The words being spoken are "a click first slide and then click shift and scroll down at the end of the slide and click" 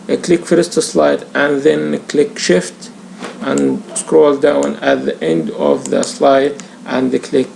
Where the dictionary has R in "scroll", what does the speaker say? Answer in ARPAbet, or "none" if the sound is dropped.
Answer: R